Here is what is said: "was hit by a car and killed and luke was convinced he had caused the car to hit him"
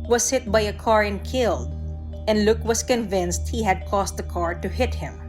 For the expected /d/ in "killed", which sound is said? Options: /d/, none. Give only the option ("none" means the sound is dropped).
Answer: /d/